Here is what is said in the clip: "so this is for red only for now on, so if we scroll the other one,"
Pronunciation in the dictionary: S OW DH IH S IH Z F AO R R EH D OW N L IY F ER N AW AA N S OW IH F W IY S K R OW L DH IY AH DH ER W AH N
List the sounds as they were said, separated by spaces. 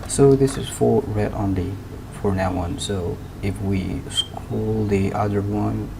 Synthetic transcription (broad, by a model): S OW DH IH S IH Z F AO R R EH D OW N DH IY F ER N AW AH N S OW IH F W IY S K UW L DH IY AH DH ER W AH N